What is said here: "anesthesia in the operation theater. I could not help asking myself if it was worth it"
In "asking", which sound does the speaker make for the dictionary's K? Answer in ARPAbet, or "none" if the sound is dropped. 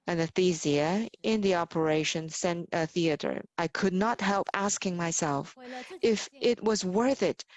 K